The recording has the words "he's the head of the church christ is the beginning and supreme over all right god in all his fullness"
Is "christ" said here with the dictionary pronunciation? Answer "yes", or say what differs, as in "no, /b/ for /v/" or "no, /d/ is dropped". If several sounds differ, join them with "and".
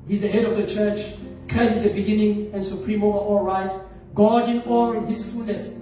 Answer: no, /l/ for /ɹ/ and /t/ is dropped